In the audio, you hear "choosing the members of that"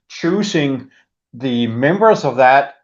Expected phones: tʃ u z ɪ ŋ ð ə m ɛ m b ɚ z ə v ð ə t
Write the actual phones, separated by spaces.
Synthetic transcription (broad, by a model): tʃ u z ɪ ŋ ð ə m ɛ m b ɚ z ə v ð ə t